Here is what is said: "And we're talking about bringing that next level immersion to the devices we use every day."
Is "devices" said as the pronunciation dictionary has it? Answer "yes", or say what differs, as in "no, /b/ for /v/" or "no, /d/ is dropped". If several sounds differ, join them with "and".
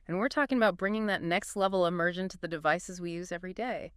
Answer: yes